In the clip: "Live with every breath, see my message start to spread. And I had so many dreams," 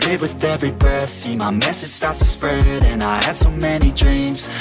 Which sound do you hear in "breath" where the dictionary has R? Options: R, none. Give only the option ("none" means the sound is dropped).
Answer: none